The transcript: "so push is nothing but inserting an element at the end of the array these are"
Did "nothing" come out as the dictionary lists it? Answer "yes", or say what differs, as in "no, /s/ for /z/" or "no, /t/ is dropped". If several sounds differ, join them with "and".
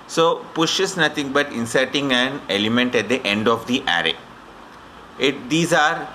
no, /t/ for /θ/